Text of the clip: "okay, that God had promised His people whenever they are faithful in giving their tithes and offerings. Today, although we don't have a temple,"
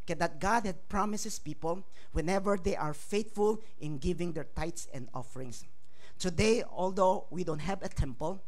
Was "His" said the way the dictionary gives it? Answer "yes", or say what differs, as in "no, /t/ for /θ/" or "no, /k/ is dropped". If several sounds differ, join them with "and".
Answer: no, /s/ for /z/